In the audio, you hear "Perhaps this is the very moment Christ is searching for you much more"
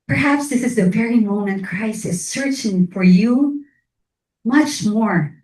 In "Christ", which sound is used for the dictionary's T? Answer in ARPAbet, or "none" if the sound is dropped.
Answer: none